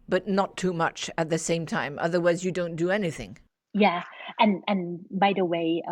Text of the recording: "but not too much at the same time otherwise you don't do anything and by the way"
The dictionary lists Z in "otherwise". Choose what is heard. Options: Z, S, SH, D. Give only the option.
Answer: Z